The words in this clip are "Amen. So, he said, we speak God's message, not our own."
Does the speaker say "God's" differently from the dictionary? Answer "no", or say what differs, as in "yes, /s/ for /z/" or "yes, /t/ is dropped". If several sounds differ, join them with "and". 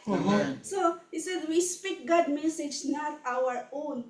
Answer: yes, /z/ is dropped